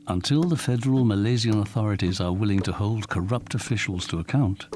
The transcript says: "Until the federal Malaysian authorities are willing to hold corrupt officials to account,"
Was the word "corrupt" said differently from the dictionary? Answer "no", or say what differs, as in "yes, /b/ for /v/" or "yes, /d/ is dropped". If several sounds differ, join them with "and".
no